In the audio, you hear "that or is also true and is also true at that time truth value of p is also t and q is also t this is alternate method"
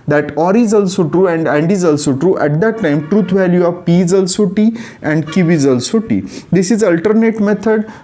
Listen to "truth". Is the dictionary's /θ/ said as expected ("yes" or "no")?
no